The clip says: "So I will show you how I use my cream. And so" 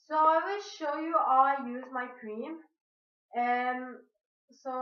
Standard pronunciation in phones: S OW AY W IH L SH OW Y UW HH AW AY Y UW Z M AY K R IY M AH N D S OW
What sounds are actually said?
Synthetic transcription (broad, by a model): S OW AY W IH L SH OW Y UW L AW AY Y UW Z M AY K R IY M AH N S OW